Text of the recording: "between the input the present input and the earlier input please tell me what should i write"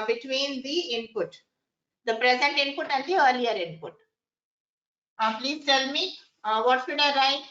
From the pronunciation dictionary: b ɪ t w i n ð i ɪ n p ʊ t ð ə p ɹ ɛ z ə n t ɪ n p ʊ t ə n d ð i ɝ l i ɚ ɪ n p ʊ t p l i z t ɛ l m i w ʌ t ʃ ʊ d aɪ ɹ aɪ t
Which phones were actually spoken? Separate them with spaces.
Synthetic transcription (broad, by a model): b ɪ t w i n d i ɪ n p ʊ t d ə p ɹ ɛ z ə n t ɪ n p ʊ t ə n d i ɝ l i ɚ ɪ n p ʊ t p l i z t ɛ l m i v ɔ t s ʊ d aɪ ɹ aɪ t